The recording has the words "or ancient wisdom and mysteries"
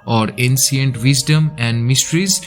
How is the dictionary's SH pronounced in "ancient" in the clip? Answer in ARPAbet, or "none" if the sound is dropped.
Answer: S